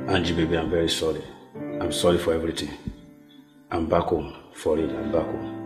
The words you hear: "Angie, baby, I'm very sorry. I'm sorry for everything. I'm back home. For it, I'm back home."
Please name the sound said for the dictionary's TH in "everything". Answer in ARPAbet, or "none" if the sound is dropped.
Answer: T